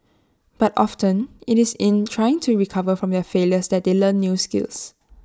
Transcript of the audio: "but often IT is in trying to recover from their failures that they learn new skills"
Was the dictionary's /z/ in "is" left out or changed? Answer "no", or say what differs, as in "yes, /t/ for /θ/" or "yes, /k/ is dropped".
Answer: yes, /s/ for /z/